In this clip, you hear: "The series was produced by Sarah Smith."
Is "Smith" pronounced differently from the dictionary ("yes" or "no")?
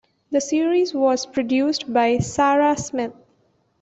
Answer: yes